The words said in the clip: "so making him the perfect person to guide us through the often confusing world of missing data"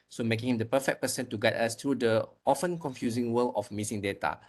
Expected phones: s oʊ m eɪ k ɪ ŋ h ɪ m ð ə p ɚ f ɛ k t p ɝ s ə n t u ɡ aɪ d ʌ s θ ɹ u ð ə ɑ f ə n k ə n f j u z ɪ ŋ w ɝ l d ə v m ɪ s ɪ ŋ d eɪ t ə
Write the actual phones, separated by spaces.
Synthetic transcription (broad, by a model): s oʊ m eɪ k ɪ ŋ h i m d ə p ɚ f ɛ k p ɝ s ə n t u ɡ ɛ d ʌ s t ɹ u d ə ɑ f ə n k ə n f j u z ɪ ŋ w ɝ l ə f m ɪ s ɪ ŋ d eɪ t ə